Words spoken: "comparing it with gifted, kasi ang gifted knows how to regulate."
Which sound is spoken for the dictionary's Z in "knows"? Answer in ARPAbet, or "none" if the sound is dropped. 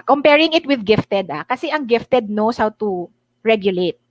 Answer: S